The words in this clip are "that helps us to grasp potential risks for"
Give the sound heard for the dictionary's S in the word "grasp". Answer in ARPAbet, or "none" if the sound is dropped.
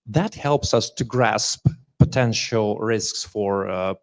S